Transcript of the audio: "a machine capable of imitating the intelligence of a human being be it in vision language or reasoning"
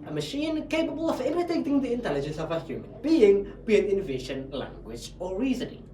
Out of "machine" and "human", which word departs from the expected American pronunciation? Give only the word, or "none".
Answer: none